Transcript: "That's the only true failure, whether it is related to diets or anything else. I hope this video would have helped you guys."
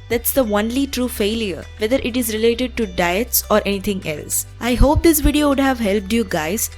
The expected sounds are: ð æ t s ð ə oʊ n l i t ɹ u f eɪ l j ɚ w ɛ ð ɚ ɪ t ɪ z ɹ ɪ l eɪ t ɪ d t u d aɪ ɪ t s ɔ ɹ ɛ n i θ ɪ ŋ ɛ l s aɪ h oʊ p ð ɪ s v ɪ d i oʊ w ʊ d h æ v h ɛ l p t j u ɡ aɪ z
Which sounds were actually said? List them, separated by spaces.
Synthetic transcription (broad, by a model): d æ t s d ə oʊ n l i t ɹ u f eɪ l j ɚ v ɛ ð ɚ ɪ t ɪ z ɹ ɪ l eɪ t ɪ d t u d aɪ ɪ t s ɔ ɹ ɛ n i t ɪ ŋ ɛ l s aɪ h oʊ p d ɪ s v ɪ d i oʊ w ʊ d h æ v h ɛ l p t j u ɡ aɪ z